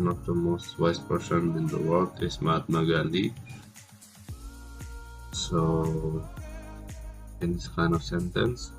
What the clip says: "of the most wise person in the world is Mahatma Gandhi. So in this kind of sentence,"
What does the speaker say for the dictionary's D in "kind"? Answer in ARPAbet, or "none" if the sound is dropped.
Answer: none